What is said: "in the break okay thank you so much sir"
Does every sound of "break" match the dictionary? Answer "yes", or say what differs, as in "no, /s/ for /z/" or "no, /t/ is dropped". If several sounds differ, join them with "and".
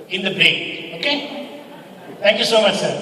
no, /ɹ/ is dropped